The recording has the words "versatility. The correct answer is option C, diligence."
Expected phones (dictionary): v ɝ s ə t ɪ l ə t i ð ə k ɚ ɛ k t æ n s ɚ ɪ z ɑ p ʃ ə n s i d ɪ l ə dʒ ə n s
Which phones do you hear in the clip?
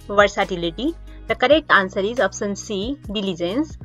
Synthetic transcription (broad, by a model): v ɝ s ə t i l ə t i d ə k ɚ ɛ k t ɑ n s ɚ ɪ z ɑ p s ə n s i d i l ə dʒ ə n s